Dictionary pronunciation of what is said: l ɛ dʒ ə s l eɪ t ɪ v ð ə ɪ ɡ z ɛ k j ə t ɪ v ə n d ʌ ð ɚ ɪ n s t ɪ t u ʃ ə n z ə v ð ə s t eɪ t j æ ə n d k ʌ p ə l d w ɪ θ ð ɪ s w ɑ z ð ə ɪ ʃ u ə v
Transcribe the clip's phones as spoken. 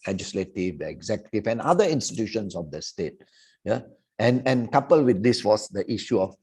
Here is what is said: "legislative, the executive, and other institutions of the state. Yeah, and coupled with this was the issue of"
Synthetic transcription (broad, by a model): l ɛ dʒ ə s l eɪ t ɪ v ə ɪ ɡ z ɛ k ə t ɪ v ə n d ʌ i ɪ n s t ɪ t u ʃ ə n s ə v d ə s t eɪ t j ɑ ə n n k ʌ p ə l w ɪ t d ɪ s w ɑ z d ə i ʃ u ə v